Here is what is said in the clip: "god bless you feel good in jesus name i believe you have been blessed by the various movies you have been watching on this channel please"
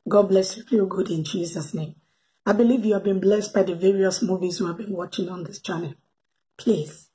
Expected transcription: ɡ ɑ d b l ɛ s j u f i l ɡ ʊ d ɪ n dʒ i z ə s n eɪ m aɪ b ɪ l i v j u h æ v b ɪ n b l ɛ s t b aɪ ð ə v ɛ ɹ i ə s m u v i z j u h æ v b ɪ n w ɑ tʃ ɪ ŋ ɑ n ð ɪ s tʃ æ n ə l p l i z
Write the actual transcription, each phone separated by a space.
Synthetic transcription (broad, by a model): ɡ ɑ d b l ɛ s j u f i l ɡ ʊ d ɪ n dʒ i z ə s n eɪ m aɪ b ɪ l i v j u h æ v b ɪ n b l ɛ s t b aɪ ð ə v ɛ ɹ i ə s m u v i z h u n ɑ v b ɪ n w ɑ tʃ ɪ ŋ ɑ n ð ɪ s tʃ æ n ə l p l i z